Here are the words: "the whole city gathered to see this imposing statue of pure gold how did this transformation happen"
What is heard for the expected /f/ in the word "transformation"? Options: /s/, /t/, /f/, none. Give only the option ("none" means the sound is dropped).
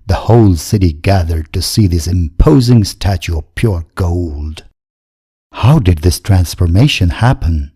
/f/